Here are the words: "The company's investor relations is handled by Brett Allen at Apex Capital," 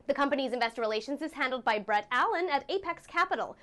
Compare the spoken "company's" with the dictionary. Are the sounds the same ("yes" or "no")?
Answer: yes